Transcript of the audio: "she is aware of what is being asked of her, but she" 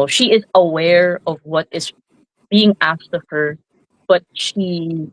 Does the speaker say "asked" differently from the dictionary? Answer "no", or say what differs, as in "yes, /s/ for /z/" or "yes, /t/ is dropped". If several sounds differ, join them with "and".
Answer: no